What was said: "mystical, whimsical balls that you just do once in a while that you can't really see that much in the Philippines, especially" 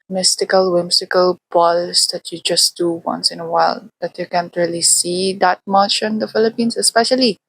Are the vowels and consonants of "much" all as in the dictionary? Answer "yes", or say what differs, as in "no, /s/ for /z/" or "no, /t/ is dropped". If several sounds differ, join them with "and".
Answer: no, /ʃ/ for /tʃ/